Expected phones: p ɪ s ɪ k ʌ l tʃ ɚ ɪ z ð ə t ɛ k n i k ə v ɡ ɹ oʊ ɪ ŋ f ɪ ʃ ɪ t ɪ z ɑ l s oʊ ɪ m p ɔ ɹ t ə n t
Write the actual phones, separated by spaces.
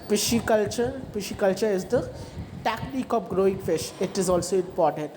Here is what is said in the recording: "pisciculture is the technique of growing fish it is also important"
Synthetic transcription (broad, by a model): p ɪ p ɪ k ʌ l tʃ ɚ ɪ z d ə t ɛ k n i k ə p ɡ ɹ oʊ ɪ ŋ f ɪ ʃ ɪ t ɪ z ɑ l s oʊ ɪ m p ɔ ɹ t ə n t